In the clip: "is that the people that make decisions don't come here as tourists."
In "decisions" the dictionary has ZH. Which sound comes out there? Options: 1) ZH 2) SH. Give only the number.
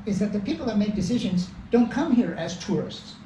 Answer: 1